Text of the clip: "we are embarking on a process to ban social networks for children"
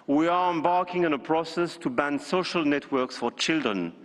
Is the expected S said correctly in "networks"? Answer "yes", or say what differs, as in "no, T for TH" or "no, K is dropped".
yes